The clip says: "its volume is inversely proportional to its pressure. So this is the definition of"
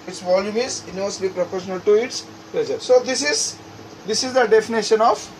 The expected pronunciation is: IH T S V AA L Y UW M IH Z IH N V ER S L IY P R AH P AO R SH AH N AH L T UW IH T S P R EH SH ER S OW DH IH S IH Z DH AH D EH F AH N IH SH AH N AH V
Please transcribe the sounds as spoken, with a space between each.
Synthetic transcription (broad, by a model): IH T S V AA L Y UW M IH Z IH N AO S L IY P R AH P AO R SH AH N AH L T UW IH T S P L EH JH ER S OW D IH S IH Z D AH D EH F AH N IH SH AH N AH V